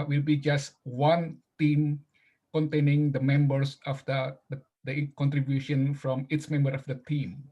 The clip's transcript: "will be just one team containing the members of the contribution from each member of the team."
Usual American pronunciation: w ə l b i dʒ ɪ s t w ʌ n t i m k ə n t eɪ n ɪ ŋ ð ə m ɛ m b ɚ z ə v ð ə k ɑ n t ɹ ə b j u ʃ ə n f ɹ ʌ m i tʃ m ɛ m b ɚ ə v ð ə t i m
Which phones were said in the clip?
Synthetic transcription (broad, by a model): w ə l b i dʒ ɪ s t w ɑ n t i m k ə n t eɪ n ɪ ŋ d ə m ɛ m b ɚ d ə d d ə k ɑ n t ɹ ə b j u ʃ ə n f ɹ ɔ m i s m ɛ m b ɚ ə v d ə t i m